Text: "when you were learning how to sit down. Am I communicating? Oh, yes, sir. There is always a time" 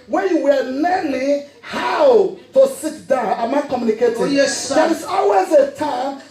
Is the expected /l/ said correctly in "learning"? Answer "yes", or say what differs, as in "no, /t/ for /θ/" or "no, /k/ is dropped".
no, /n/ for /l/